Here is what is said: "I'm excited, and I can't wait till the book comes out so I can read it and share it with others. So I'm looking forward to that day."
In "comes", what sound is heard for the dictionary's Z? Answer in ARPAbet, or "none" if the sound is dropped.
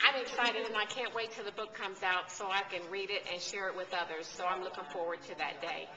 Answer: Z